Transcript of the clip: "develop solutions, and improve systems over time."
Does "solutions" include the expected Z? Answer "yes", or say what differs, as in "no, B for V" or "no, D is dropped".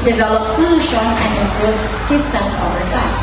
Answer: no, Z is dropped